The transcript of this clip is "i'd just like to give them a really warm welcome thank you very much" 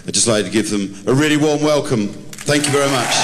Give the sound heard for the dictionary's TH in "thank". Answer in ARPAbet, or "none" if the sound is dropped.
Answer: TH